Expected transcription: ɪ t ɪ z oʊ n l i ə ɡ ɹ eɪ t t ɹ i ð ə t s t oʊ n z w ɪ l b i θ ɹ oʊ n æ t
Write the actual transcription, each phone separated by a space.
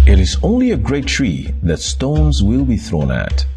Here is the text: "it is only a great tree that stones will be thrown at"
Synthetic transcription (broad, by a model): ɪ t ɪ z oʊ n l i ə ɡ ɹ eɪ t t ɹ i ð ə t s t oʊ n z w ɪ l b i θ ɹ oʊ n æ t